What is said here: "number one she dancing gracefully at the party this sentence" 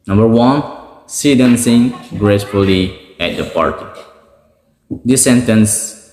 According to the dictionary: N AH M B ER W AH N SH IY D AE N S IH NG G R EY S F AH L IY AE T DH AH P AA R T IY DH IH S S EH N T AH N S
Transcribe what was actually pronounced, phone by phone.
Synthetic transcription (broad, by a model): N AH M B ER W AH N S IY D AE N S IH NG G R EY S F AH L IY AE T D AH P AA R T IY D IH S S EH N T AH N S